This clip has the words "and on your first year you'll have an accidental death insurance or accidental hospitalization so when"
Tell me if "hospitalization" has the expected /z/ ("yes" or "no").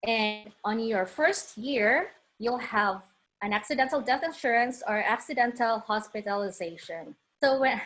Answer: yes